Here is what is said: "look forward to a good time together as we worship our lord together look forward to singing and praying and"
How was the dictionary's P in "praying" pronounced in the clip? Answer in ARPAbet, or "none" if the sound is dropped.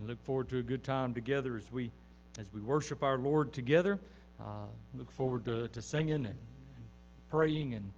P